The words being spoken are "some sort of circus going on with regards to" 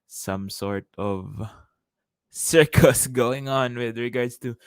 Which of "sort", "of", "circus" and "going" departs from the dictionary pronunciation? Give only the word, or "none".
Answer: none